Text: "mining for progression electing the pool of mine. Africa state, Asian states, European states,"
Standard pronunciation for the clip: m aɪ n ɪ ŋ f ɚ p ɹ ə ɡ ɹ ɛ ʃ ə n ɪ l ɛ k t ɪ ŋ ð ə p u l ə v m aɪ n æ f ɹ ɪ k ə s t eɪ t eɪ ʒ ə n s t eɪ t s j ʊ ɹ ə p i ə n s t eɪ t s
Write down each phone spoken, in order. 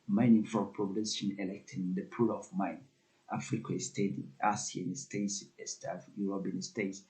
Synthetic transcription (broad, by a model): m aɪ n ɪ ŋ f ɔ p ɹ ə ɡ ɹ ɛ s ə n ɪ l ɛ k t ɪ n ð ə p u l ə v m aɪ n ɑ f ɹ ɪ k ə s t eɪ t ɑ s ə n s t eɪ s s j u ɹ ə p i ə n s t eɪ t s